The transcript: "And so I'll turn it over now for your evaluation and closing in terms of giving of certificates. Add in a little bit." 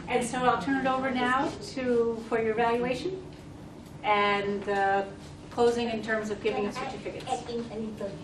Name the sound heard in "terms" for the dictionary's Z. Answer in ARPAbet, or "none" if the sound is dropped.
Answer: Z